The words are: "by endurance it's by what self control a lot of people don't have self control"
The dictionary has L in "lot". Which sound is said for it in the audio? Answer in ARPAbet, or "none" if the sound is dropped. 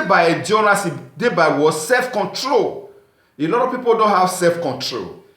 N